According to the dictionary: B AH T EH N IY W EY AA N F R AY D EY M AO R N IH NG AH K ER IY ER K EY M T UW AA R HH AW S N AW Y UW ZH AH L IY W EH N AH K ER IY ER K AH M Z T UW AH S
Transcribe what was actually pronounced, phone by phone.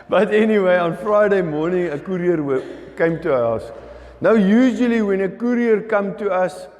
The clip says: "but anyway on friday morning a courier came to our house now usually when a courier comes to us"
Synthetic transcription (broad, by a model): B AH T EH N IY W EY AA N F R AY D EY M AO N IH NG AH K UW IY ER K EY M T UW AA HH AW S N AW Y UW ZH AH L IY W EH N AH K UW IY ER K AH M T UW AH S